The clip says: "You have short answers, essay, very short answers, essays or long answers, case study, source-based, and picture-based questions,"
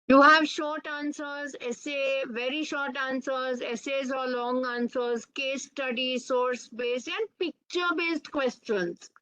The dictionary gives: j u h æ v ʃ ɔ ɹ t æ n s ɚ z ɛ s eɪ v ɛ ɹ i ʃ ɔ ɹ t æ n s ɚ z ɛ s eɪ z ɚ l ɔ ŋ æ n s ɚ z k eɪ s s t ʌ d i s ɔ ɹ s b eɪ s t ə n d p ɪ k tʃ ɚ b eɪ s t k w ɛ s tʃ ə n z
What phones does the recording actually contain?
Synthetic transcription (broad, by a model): j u h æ v ʃ ɔ ɹ t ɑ n s ɚ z ɛ s eɪ v ɛ ɹ i ʃ ɔ ɹ t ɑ n s ɚ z ɛ s eɪ z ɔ l ɔ ŋ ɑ n s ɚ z k eɪ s s t ʌ d i s ɔ ɹ s b eɪ s t ə n d p ɪ k tʃ ɚ b eɪ s t k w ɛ s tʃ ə n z